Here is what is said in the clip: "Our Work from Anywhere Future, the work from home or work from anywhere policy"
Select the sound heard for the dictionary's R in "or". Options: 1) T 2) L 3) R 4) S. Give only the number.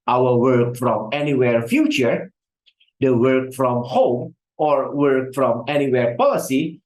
3